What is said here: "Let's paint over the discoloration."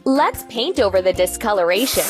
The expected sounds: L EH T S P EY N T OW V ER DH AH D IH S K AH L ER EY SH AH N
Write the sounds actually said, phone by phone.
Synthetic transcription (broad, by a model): L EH T S P EY N T OW V ER DH AH D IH S K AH L ER EY SH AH N